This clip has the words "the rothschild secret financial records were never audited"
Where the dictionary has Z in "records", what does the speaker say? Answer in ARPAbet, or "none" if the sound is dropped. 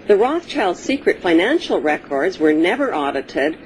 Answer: Z